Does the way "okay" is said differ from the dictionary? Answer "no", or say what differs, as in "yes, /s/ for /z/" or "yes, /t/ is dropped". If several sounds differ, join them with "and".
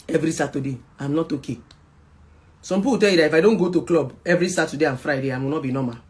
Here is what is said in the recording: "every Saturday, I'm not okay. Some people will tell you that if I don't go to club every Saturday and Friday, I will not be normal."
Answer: no